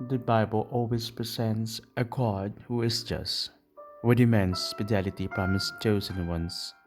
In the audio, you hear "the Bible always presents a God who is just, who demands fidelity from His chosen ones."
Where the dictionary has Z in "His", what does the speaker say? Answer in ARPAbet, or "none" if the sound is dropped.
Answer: S